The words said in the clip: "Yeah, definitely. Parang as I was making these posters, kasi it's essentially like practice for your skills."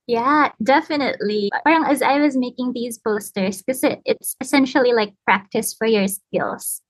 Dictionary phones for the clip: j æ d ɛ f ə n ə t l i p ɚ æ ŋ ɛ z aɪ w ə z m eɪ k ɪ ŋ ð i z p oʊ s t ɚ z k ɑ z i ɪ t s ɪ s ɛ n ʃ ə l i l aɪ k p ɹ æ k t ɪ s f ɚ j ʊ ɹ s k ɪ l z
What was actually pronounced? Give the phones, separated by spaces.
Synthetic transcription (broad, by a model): j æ d ɛ f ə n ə t l i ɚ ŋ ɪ z aɪ w ə z m eɪ k ɪ ŋ ð i z b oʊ s t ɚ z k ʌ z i ɪ t s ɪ s ɛ n ʃ l i l aɪ k p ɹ æ k t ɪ s f ɚ j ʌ ɹ s k ɪ l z